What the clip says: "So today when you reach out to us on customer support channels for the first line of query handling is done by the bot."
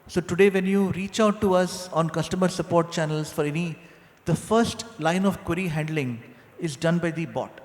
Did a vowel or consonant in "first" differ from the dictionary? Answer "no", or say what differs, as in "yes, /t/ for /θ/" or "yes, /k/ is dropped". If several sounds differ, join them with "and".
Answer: no